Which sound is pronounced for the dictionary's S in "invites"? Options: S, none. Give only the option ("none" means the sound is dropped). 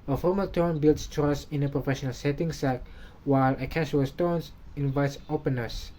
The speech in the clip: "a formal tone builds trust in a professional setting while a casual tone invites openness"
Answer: S